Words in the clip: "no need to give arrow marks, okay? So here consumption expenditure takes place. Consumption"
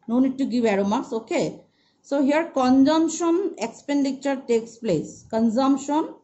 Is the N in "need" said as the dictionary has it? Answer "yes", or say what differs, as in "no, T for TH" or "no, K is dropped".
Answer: yes